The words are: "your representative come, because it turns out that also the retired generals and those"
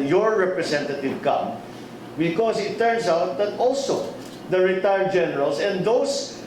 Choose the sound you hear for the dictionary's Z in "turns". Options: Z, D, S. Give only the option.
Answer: S